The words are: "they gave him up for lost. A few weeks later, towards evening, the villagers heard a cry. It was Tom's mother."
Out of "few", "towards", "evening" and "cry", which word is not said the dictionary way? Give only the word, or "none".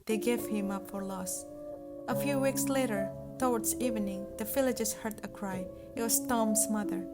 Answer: towards